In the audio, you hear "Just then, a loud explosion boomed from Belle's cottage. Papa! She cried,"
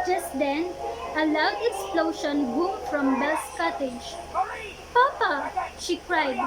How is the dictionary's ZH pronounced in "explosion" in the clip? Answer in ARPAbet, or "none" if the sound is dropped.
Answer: SH